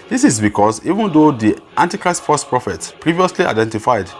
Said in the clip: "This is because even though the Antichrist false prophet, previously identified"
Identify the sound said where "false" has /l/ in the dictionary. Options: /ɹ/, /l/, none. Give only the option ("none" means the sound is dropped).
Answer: none